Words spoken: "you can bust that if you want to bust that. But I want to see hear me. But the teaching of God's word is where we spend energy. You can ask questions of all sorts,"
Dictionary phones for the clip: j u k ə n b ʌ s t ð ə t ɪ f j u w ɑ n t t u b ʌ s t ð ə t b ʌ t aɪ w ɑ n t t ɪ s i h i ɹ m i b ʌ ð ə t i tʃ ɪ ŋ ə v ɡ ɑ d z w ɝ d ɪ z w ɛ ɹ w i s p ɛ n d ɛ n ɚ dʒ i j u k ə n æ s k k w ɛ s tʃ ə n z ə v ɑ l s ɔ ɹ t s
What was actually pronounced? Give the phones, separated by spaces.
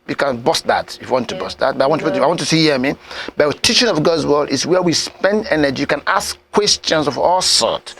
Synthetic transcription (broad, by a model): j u k ə n b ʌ s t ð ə t ɪ f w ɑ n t t u b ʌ s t ð ə t b ʌ t aɪ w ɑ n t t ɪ s i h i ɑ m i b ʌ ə t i tʃ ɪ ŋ ə v ɡ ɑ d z w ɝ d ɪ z w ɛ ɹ w i s p ɛ n d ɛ n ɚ dʒ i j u k ə n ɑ s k k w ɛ s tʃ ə n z ə v ɑ l s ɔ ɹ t